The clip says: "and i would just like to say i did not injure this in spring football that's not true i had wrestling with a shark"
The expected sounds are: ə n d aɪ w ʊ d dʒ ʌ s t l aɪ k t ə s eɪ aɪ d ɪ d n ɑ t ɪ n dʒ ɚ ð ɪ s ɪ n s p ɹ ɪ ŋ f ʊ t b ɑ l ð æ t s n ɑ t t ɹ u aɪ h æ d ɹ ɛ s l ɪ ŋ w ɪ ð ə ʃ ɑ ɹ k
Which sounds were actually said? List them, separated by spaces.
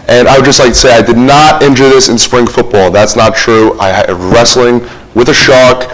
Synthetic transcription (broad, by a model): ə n aɪ w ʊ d dʒ ʌ s t l aɪ k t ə s eɪ aɪ d ɪ d n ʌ t ɪ n dʒ ɚ ð ɪ s ɪ n s p ɹ ɪ ŋ f ʊ t b ɑ l ð æ t s n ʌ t t ɹ u aɪ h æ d ɹ ɛ s l ɪ ŋ w ɪ ð ə ʃ ɑ k